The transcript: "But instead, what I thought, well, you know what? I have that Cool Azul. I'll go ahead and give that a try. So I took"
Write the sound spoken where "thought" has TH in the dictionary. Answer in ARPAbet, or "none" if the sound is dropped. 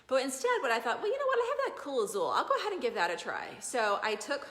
TH